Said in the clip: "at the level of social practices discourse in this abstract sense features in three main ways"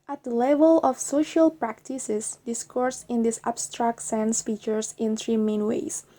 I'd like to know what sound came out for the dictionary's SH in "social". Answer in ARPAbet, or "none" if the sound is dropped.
SH